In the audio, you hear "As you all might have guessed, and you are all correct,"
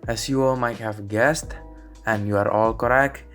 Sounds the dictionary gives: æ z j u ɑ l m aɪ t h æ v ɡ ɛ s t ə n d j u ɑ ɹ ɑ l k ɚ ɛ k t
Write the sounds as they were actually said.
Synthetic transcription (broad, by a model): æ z j u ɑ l m aɪ t h æ v ɡ ɛ s t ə n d j u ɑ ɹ ɑ l k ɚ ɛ k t